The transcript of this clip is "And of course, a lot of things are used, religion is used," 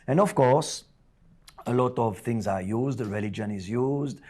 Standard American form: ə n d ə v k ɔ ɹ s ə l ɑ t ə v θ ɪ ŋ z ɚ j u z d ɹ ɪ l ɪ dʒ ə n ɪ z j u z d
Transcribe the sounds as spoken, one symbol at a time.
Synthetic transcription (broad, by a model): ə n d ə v k ɔ ɹ s ə l ɑ t ə v t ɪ ŋ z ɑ j u z d ɹ ɪ l ɪ dʒ ə n ɪ z j u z d